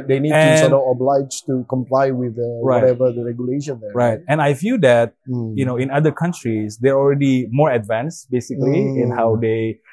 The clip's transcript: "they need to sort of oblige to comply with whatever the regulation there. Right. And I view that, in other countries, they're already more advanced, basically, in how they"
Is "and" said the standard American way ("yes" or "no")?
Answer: no